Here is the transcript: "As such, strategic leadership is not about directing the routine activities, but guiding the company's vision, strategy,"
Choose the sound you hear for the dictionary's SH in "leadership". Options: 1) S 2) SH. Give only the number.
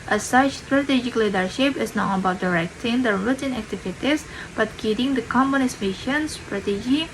2